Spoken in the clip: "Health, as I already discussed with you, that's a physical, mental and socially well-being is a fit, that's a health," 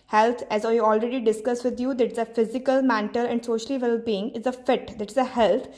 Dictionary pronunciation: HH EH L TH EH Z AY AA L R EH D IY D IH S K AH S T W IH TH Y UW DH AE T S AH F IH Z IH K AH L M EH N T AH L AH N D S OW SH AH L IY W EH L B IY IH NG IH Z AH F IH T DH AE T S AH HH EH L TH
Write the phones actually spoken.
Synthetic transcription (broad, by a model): HH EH L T EH Z AY AA L R EH D IY D IH S K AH S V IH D Y UW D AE T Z AH F IH Z IH K AH L M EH N T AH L AH N D S OW SH AH L IY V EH L B IY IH NG IH Z AH F IH T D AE T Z AH HH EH L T